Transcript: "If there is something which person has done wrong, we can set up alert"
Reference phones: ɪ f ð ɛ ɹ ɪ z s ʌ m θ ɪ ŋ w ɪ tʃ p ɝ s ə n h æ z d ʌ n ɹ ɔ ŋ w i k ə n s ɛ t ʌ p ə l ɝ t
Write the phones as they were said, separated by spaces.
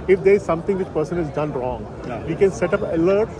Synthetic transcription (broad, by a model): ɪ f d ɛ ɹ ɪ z s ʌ m t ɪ ŋ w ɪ tʃ p ɝ s ə n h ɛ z d ʌ n ɹ ɔ ŋ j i k ə n s ɛ t ʌ p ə l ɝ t